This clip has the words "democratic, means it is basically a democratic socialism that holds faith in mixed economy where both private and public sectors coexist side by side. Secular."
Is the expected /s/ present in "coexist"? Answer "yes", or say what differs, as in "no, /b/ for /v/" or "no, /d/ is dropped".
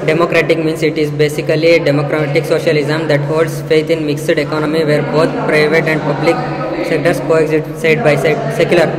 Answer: no, /s/ is dropped